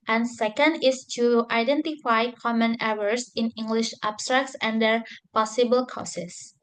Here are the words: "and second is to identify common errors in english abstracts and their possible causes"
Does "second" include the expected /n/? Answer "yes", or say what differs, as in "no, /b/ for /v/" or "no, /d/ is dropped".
yes